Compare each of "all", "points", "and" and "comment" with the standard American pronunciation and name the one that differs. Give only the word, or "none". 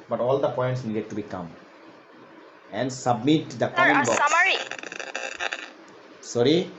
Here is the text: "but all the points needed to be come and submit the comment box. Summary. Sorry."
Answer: comment